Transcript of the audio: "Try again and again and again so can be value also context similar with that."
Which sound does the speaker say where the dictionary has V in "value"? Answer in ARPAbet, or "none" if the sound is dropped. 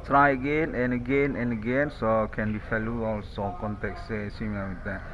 F